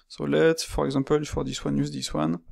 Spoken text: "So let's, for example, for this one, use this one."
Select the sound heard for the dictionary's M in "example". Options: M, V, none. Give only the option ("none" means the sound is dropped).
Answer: none